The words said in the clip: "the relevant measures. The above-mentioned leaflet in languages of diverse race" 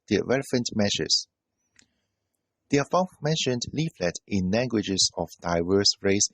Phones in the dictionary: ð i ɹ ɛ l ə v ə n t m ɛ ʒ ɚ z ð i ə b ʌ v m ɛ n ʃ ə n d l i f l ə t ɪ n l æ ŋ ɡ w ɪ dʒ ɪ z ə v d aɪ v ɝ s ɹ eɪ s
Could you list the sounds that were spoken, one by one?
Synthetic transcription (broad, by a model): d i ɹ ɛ l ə p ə n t m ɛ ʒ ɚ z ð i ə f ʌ m ɛ n ʃ ə n d l i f l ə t ɪ n l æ ŋ ɡ w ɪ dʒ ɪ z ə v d aɪ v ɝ s ɹ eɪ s